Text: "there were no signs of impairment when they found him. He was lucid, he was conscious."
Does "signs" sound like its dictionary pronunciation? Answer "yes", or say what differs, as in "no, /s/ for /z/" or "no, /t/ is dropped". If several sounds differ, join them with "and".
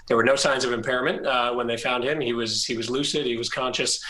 yes